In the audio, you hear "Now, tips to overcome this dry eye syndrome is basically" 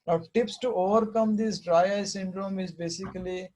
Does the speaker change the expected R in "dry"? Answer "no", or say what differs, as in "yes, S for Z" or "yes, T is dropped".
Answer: no